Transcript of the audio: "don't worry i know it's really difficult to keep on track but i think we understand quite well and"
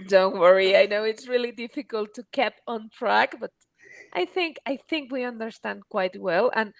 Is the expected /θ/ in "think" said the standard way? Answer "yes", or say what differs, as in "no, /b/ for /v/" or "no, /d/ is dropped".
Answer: yes